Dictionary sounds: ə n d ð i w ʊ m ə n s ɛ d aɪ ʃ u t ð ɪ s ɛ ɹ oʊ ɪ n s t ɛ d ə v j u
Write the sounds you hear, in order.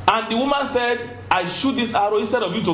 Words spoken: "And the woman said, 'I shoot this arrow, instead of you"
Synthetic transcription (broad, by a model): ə n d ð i w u m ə n s ɛ d aɪ ʃ u t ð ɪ s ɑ ɹ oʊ ɪ n s t ɛ d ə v j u